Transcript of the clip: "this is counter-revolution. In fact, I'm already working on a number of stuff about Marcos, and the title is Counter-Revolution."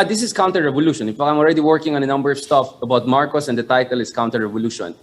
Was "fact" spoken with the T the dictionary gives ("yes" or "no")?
no